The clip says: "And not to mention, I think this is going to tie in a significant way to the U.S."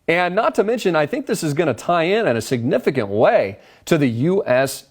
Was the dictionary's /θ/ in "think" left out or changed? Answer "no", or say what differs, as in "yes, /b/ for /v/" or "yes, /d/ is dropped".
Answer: no